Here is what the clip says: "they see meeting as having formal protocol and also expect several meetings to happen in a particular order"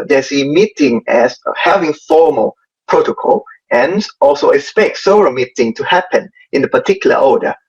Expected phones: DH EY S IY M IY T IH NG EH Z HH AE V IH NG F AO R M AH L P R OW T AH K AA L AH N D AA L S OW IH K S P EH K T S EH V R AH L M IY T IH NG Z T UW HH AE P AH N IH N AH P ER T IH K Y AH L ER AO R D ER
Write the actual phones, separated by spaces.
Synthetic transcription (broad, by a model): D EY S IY M IY T IH NG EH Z HH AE V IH NG F AO M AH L P R OW T AH K AA L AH N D AA L S OW IH K S P EH K T S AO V R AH M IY T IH NG T UW HH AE P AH N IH N AH P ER T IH K Y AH L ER AO D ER